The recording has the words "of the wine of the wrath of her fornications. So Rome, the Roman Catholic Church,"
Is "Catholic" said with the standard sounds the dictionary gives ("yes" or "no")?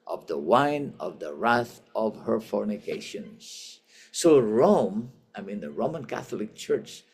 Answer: yes